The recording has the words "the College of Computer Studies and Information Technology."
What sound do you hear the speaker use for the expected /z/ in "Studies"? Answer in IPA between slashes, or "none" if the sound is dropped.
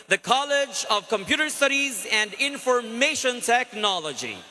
/z/